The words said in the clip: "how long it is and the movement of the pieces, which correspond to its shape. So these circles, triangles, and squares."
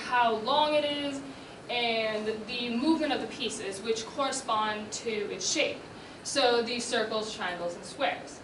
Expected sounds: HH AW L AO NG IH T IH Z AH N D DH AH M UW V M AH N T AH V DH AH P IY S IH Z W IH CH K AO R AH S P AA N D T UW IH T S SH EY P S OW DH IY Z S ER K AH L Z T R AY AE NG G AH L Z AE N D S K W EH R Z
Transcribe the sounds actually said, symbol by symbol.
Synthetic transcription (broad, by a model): HH AW L AO NG IH T IH Z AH N DH AH M UW V M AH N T AH V DH AH P IY S IH Z W IH CH K AO R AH S P AA N T UW IH T S SH EY P S OW DH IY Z S ER K L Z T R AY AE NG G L Z N S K W EH R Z